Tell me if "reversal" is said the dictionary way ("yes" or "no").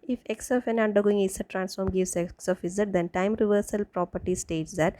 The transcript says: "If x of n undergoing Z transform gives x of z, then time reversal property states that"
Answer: yes